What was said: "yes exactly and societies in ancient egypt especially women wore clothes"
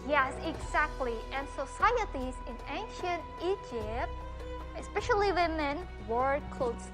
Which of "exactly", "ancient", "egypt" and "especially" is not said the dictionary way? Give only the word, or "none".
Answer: none